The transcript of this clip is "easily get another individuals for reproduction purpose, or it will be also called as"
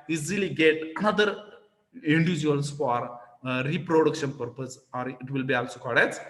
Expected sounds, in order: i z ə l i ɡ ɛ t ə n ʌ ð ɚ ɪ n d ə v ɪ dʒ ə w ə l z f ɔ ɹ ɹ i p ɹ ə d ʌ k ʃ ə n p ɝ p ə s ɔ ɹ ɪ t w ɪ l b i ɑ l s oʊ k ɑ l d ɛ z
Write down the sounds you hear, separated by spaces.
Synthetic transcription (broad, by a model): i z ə l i ɡ ɛ t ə n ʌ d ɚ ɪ n d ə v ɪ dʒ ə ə l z f ɔ ɹ ɹ i p ɹ ə d ʌ k ʃ ə n p ɝ p ə s ɔ ɹ ɪ t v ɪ l b i ɑ l s oʊ k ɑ d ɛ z